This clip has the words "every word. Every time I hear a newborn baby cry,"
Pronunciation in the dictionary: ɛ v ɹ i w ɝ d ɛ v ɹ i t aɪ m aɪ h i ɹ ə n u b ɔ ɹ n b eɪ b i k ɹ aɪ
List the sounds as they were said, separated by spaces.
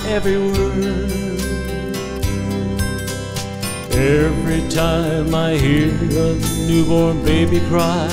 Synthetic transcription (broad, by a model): ɛ v ɹ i w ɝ ɛ v ɹ i t aɪ m aɪ h i ɹ ə n u b ɔ ɹ n b eɪ b i k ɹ aɪ